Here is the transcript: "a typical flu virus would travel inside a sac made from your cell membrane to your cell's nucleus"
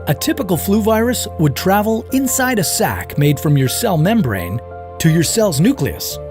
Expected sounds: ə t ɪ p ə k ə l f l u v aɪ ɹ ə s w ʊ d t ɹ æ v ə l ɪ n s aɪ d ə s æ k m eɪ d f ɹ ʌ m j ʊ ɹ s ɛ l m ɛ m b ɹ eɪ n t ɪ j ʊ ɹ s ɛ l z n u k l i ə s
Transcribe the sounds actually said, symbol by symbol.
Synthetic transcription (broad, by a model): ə t ɪ p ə k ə l f l u v aɪ ɹ ə s w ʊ d t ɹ æ v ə l ɪ n s aɪ d ə s æ k m eɪ d f ɹ ʌ m j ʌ ɹ s ɛ l m ɛ m b ɹ eɪ n t ɪ j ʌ ɹ s ɛ l z n u k l i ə s